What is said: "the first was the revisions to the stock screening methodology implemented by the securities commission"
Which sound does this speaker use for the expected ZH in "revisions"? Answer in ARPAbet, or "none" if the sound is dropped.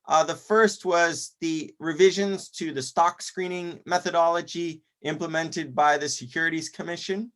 ZH